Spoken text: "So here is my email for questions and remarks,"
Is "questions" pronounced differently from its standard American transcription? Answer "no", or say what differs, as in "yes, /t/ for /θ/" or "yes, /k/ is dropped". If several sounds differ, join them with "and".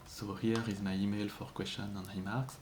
yes, /z/ is dropped